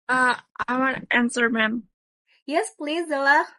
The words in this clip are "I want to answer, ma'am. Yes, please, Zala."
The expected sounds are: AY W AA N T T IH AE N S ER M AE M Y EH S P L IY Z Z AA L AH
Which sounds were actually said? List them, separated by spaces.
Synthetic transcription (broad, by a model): AY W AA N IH AE N S ER M AE M Y EH S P L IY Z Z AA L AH